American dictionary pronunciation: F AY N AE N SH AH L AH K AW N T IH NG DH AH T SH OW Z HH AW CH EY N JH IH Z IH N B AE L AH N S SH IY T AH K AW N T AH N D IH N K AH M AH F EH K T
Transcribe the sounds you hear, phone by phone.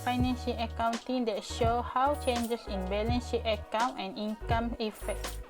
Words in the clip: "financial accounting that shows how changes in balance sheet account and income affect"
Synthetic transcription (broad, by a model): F AY N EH N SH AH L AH K AW N T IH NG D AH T SH OW HH AW CH EY N JH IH S IH N B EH L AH N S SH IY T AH K AW N AH N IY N K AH M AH F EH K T